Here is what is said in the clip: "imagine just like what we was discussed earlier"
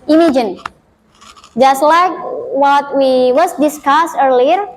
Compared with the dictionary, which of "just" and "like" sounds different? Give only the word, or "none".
none